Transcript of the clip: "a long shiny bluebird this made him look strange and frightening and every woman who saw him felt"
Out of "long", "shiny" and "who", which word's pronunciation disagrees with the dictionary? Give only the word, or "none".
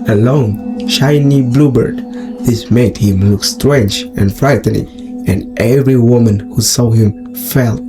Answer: none